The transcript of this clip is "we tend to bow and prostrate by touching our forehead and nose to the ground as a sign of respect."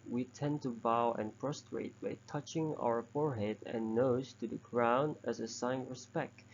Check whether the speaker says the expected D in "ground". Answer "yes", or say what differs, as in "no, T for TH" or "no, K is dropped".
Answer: no, D is dropped